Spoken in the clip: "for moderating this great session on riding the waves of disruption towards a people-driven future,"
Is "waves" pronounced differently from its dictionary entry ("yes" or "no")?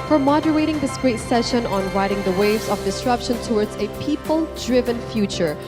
no